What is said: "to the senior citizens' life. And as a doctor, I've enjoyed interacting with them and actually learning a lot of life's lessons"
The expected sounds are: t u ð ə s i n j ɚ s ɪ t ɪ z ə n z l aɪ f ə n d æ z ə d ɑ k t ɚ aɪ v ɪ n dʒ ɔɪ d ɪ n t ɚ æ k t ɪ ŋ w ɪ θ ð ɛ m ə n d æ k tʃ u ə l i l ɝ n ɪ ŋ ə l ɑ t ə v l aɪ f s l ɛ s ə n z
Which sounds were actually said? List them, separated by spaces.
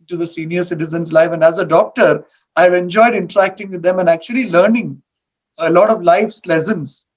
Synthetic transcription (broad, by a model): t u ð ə s i n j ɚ s ɪ t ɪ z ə n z l aɪ f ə n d æ z ə d ɑ k t ɚ aɪ v ɪ n dʒ ɔɪ d ɪ n t ɚ æ k t ɪ ŋ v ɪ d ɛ m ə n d æ k tʃ u ə l i l ɝ n ɪ ŋ ə l ɑ t ə v l aɪ f s l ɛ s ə n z